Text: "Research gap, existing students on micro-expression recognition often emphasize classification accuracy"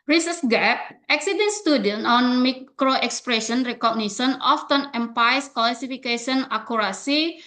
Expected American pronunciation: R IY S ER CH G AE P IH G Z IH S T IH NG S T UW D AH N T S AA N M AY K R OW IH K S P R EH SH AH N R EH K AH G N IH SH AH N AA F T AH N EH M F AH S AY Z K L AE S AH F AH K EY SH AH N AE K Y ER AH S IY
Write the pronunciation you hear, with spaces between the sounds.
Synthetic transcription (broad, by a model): R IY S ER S G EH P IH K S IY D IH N S T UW D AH N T AA N M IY K R OW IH K S P R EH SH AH N R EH K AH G N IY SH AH N AA F T AH N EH M P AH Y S K L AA S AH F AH K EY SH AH N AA K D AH S IY